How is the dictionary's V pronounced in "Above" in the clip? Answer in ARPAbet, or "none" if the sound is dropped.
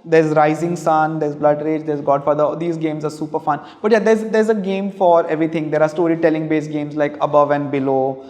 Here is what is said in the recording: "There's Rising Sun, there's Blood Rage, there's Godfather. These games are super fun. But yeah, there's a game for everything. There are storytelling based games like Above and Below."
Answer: V